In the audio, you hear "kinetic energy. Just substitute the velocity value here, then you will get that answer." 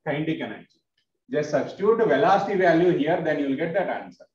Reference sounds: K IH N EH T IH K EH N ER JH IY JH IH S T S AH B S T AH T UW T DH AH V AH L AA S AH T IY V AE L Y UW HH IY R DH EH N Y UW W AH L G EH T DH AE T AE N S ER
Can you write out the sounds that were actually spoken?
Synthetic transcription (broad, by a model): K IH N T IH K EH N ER IY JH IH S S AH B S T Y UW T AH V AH L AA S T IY V AE L Y UW HH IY R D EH N Y UW L G EH T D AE T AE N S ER